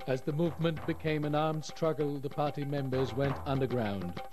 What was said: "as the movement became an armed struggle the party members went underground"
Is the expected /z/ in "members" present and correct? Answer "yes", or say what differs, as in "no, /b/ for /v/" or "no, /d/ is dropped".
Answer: yes